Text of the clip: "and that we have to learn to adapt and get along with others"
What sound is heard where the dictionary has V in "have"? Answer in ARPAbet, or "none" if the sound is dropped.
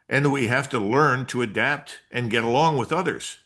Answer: F